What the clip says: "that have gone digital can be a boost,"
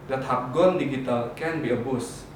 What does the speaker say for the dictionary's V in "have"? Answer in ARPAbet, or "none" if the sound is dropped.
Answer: P